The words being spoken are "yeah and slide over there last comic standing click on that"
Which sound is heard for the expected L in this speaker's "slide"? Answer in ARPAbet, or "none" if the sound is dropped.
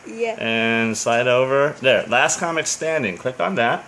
none